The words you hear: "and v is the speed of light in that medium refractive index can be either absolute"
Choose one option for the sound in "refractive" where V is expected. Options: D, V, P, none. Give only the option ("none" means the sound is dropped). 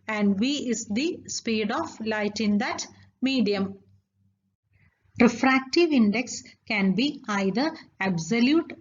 V